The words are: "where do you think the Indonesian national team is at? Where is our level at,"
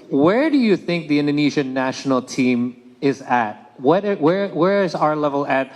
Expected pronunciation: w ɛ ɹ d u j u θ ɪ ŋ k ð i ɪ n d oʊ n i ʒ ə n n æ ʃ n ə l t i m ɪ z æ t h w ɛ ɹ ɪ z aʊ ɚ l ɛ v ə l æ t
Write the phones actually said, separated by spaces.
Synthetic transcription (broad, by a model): w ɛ ɹ d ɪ j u θ ɪ ŋ k ð i ɪ n d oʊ n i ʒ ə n n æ ʃ n l t i m ɪ z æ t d w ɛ ɹ ɪ z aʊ ɚ l ɛ v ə l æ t